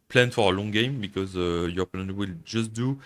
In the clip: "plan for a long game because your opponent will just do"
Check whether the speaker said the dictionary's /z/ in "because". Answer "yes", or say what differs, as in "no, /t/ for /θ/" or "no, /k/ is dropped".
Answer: yes